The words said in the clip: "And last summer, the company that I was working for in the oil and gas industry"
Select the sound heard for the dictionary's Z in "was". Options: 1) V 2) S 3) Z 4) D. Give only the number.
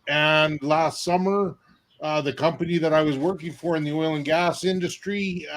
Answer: 3